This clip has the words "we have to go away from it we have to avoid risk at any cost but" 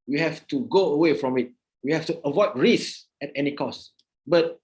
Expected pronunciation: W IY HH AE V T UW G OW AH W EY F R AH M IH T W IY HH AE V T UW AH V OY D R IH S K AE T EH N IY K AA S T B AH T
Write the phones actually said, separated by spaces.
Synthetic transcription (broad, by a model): W IY HH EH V T UW G OW AH W EY F R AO M IH T W IY HH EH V T UW AH V OY D R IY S EH T EH N IY K AA S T B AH T